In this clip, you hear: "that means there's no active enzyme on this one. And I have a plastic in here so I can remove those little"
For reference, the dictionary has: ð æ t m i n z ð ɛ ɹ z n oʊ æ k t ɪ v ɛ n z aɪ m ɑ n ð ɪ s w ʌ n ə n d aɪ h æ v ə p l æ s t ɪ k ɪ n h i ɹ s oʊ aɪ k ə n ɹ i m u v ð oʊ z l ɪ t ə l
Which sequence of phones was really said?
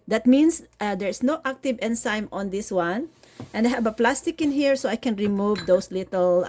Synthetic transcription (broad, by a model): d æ t m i n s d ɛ ɹ s n oʊ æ k t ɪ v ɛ n s aɪ m ɑ n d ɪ s w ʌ n ə n d aɪ h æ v ə p l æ s t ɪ k ɪ n h i ɹ s oʊ aɪ k ə n ɹ i m u v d oʊ s l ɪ t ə l